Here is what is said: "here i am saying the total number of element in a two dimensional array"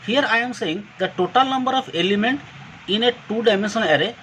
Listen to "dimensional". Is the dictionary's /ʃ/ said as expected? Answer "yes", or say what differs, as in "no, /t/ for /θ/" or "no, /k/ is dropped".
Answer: no, /s/ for /ʃ/